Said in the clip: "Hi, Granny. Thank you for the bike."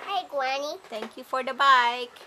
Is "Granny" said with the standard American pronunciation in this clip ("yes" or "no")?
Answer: no